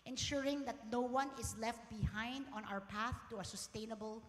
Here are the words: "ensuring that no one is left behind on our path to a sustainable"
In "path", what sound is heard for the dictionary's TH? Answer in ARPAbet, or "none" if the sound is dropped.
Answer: TH